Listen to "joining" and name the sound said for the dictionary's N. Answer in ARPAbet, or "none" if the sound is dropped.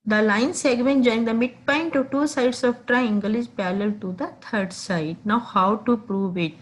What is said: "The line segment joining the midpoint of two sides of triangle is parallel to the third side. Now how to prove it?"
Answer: none